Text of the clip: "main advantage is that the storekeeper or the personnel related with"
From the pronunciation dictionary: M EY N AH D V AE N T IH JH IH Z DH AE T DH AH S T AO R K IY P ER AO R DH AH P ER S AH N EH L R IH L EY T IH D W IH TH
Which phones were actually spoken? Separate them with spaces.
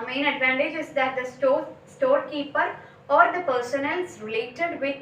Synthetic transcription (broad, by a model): M EY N AH D V AE N T IH JH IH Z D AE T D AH S T AO R K IY P ER AO R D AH P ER S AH N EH L R IH L EY T IH D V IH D